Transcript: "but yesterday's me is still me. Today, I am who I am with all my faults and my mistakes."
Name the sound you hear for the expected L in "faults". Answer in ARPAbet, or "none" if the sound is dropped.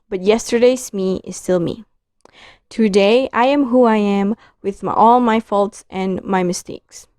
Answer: L